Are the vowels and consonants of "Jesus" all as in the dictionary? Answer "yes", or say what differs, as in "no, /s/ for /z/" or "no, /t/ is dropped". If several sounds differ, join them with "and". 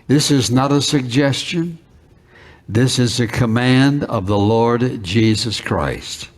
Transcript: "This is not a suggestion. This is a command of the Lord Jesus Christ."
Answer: yes